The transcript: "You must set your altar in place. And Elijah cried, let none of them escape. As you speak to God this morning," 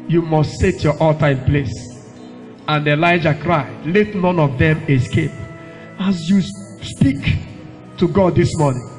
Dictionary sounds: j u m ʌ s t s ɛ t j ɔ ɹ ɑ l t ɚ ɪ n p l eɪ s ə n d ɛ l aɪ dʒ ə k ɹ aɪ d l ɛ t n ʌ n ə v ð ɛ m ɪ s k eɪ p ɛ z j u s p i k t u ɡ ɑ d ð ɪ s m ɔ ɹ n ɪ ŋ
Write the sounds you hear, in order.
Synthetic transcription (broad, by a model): j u m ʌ s t s ɛ t j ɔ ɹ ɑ l t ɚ ɪ n p l eɪ s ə n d ɛ l aɪ dʒ ə k ɹ aɪ d l ɛ t n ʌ n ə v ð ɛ m ɪ s k eɪ p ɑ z j u s p i k t u ɡ ɑ d ð ɪ s m ɔ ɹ n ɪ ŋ